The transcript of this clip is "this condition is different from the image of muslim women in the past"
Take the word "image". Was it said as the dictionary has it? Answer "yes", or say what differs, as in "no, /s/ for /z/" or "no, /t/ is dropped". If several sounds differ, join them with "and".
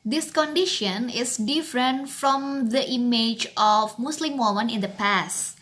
yes